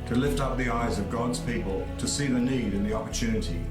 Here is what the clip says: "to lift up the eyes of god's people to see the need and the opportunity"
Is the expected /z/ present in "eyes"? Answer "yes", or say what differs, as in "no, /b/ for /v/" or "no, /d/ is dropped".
yes